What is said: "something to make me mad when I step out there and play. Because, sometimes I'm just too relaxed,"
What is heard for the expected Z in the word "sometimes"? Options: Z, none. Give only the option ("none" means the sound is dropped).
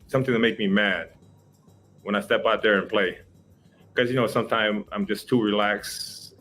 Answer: none